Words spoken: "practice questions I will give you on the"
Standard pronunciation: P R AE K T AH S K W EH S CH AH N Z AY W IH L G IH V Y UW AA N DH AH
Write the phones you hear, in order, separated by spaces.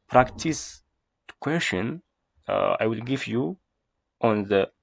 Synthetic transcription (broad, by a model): P R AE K T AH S K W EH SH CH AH N AY W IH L G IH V Y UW AA N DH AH